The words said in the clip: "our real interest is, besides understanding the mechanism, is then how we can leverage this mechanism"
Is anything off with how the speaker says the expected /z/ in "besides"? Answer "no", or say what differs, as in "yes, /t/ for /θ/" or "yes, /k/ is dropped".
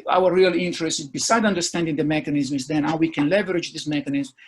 yes, /z/ is dropped